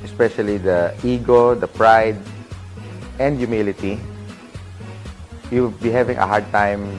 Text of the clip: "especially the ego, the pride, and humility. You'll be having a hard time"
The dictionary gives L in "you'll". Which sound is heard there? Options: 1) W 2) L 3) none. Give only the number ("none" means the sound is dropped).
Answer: 1